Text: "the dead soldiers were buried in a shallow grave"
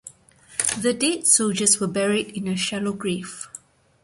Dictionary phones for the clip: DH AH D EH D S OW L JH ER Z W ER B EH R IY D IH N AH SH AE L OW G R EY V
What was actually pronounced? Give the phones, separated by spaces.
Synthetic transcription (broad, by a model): DH AH D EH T S OW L JH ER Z W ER B EH R IY D IH N AH SH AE L OW G R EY F